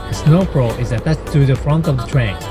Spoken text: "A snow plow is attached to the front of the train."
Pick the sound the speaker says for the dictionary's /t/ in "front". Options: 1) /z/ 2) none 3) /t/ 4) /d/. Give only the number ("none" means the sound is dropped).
3